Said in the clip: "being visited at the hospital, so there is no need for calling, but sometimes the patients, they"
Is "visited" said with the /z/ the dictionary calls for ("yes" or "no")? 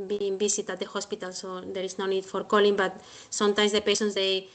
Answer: no